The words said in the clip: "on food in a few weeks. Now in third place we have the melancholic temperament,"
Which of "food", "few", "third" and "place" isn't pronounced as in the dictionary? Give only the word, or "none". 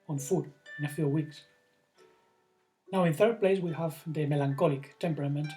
none